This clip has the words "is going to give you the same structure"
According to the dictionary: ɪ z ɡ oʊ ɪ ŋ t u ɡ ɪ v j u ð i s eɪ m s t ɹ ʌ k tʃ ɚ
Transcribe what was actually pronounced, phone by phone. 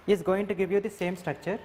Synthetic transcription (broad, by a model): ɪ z ɡ oʊ ɪ ŋ t u ɡ ɪ v j u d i s eɪ m s t ɹ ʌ k tʃ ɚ